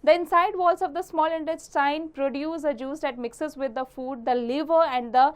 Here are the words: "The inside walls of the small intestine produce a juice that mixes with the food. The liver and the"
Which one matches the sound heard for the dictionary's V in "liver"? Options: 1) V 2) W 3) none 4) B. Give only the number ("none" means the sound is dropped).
1